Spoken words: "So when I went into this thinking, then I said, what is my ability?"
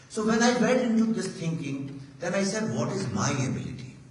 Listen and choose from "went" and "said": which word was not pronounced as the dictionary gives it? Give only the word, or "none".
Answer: went